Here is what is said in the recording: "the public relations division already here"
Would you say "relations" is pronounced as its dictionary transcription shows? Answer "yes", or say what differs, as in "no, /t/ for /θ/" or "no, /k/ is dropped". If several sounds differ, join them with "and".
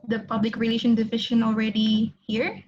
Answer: no, /z/ is dropped